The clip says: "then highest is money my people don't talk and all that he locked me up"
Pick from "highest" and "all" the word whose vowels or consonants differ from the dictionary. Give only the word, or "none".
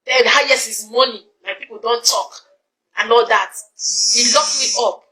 highest